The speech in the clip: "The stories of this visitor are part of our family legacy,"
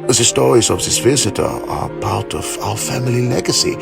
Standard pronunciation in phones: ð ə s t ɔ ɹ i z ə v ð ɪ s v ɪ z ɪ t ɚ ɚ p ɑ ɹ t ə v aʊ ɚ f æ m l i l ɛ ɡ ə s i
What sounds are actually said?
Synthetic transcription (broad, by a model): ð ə s t ɔ ɹ i z ə v ð ɪ s v ɪ z ɪ t ɚ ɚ p ɑ ɹ t ə v aʊ ɚ f æ m l i l ɛ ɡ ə s i